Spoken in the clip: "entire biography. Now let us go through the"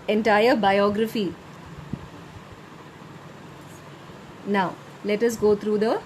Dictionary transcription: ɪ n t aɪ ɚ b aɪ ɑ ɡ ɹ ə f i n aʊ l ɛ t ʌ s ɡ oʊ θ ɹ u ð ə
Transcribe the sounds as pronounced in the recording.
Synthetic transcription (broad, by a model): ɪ n t aɪ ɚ b aɪ ɑ ɡ ɹ ə f i n aʊ l ɛ t ʌ s ɡ oʊ t ɹ u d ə